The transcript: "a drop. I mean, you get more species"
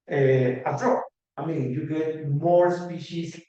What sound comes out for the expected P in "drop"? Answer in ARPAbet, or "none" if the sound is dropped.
none